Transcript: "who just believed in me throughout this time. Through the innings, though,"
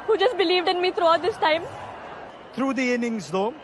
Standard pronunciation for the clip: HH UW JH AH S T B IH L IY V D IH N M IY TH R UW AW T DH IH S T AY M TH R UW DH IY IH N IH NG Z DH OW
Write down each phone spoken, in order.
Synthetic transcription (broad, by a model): HH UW JH AH S T B IH L IY V D IH N M IY T R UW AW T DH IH S T AY M T R UW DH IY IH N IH NG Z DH OW